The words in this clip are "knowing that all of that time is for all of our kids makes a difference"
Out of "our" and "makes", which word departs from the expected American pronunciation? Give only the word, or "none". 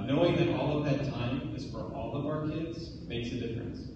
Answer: none